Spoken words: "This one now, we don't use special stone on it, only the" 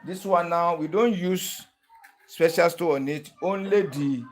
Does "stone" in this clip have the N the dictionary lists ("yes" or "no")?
no